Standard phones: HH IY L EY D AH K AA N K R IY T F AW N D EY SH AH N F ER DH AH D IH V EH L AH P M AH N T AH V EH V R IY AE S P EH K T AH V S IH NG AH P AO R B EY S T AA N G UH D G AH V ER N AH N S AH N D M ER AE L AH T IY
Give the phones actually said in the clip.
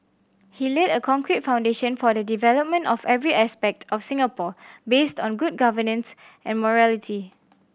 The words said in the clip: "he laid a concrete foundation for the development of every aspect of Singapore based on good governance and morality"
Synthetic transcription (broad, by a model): HH IY L EY D AH K AA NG K R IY T F AW N D EY SH AH N F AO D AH D IH V EH L AH P M AH N T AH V EH V R IY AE S P EH K T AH F S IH NG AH P AO B EY S T AA N G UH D G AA V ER N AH N S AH N M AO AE L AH T IY